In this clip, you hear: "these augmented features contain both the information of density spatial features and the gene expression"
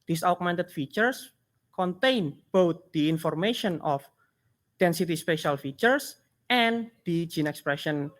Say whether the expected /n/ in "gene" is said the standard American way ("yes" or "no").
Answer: yes